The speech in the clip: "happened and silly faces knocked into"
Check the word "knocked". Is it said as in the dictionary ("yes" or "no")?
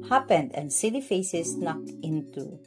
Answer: yes